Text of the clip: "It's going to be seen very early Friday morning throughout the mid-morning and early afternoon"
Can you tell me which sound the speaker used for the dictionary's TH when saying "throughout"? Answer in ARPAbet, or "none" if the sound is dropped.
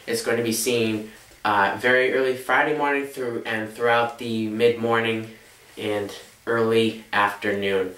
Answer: TH